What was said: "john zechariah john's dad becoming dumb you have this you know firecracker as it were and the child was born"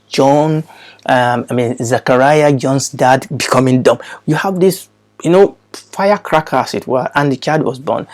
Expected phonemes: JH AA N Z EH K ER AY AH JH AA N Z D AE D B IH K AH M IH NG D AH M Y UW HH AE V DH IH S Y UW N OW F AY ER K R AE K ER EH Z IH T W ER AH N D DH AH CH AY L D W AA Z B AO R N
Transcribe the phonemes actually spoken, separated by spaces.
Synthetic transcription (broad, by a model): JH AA N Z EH K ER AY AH JH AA N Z D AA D B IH K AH M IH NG D AH M Y UW HH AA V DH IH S Y UW N OW F AY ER K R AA K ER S IH T W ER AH N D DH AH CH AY D W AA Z B AO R N